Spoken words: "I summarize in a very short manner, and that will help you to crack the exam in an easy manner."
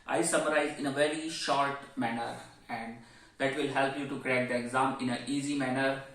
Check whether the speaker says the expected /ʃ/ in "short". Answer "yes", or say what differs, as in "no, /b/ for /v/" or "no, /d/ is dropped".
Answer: yes